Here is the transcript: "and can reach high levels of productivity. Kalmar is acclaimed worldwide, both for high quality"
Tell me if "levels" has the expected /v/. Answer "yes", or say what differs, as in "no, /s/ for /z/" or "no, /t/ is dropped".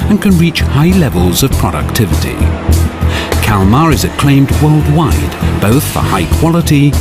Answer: yes